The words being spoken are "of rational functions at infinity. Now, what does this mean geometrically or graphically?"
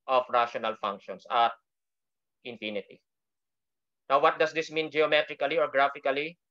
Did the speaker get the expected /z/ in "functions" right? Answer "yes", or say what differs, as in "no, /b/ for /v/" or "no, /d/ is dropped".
no, /s/ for /z/